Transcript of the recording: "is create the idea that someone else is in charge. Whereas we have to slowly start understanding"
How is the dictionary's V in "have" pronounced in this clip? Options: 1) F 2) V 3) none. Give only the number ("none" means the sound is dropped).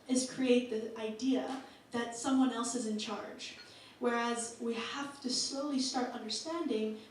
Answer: 1